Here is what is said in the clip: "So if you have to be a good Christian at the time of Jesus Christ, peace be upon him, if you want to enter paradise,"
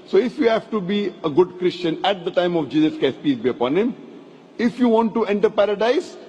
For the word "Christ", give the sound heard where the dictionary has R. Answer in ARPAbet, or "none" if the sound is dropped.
none